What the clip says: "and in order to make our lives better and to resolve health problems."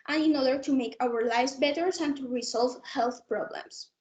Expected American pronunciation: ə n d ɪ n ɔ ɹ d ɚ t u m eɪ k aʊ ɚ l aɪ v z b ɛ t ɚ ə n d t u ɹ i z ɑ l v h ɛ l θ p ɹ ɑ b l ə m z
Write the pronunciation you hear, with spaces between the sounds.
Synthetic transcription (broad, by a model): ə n ɪ n ɔ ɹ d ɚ t u m eɪ k aʊ ɚ l aɪ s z b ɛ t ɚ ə n t u ɹ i s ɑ l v h ɛ l θ p ɹ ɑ b l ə m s